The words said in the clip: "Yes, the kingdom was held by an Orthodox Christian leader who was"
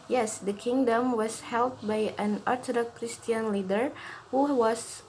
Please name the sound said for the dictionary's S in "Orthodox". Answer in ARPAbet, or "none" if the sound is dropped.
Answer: none